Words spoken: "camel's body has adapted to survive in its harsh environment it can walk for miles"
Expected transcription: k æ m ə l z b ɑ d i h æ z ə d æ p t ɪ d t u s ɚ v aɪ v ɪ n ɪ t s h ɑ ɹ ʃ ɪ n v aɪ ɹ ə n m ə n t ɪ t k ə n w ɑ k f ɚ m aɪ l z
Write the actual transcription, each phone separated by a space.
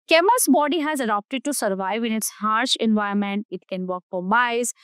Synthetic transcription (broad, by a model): k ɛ m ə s b ɑ d i h æ z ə d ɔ p t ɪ d t u s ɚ v aɪ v ɪ n ɪ t s h ɑ ɹ ʃ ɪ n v aɪ ə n m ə n t ɪ t k ə n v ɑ k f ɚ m aɪ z